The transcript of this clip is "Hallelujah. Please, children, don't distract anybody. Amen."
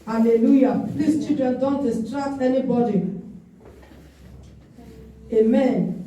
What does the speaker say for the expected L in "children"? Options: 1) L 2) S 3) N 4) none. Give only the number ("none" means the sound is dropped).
4